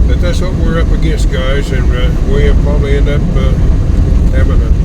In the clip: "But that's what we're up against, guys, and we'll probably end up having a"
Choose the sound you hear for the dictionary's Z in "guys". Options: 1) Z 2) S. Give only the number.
1